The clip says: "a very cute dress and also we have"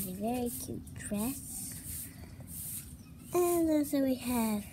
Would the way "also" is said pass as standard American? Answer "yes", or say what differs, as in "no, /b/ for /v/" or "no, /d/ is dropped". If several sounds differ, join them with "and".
no, /l/ is dropped